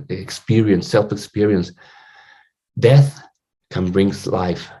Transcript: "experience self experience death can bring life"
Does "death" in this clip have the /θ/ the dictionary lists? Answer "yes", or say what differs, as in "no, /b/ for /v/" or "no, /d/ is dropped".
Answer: yes